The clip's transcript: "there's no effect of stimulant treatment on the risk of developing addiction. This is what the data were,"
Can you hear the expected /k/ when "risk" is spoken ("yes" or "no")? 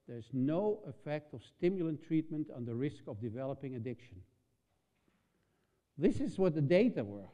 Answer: yes